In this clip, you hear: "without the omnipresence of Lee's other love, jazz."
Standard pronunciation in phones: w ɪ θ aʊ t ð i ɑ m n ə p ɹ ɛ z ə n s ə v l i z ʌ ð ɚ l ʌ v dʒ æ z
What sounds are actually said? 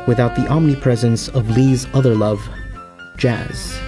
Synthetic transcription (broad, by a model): w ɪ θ aʊ t ð i ɑ m n ə p ɹ ɛ z ə n s ə v l i z ʌ ð ɚ l ʌ v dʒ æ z